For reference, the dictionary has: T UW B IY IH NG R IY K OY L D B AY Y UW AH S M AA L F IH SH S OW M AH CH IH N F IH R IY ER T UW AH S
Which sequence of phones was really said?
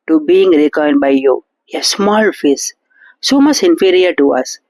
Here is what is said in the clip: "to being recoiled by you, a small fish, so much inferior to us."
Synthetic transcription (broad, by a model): T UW B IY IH NG R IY K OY N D B AY Y UW AH S M AA L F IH S S OW M AH CH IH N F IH R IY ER T UW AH S